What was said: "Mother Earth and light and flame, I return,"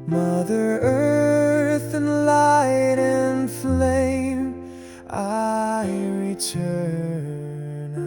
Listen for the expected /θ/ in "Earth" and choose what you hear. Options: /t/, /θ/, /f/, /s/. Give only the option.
/θ/